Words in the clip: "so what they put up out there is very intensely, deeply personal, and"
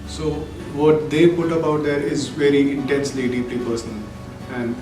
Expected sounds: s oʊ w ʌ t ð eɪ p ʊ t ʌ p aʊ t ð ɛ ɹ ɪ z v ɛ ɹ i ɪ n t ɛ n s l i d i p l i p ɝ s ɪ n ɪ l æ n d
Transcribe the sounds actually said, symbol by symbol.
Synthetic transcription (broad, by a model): s oʊ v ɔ t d eɪ p ʊ t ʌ b aʊ t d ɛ ɹ ɪ z v ɛ ɹ i ɪ n t ɛ n s l i d i p l i p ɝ s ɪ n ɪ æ n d